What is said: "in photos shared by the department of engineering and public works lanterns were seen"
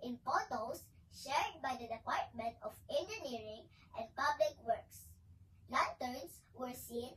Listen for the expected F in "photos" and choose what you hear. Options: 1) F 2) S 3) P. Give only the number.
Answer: 3